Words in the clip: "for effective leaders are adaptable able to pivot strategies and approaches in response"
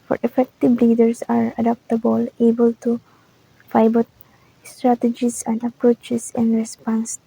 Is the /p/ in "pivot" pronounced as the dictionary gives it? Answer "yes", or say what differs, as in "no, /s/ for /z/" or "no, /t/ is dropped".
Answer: no, /f/ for /p/